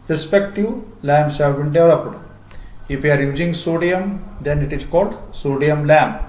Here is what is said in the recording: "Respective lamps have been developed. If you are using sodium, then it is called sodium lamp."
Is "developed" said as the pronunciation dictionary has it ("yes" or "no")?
no